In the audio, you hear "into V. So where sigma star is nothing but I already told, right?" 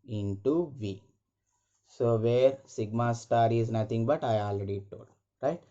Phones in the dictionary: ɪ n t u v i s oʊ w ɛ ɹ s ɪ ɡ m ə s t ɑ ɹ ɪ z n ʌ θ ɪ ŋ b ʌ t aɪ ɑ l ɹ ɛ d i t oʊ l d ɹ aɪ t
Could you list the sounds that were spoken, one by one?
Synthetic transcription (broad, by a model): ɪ n t u v i s oʊ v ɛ ɹ s ɪ ɡ m ə s t ɑ ɹ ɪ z n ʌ t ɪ ŋ b ʌ t aɪ ɑ l ɹ ɛ d i t oʊ l d ɹ aɪ t